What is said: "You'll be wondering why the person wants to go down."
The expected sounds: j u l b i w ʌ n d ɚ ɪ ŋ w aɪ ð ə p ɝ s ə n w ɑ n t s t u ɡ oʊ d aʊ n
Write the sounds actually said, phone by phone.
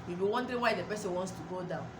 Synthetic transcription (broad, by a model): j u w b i w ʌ n d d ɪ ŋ w aɪ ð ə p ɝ s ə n w ɑ n t s t u ɡ oʊ d aʊ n